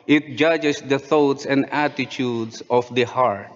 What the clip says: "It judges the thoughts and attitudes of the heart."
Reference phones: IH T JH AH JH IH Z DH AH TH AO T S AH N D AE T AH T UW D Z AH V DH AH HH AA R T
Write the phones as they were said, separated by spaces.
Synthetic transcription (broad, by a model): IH T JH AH JH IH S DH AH TH AO T S AH N D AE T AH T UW D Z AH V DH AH HH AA R T